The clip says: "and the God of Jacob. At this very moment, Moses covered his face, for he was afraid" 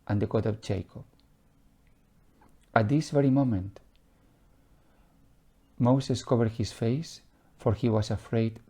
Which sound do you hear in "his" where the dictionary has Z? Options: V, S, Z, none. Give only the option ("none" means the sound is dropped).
S